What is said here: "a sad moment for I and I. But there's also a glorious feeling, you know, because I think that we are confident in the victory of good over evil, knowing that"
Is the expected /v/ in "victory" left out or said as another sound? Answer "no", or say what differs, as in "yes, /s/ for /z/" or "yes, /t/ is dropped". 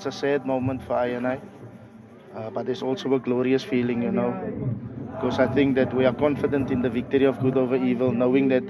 no